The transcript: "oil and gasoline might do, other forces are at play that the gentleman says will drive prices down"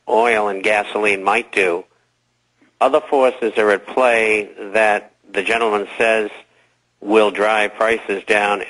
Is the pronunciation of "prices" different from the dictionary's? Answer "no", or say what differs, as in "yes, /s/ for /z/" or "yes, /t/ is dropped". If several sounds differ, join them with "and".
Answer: no